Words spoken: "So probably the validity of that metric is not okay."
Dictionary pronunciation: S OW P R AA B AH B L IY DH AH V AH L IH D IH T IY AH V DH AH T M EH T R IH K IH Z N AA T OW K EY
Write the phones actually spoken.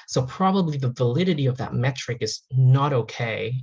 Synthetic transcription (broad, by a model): S OW P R AA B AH B L IY DH AH V AH L IH D IH T IY AH V DH AH T M EH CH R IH K IH Z N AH T OW K EY